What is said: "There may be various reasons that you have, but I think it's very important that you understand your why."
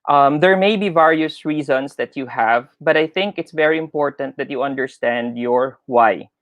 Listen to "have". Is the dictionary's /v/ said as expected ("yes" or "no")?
yes